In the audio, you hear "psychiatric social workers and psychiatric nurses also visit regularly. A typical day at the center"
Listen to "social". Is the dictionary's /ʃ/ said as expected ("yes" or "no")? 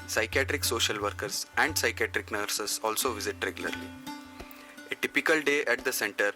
yes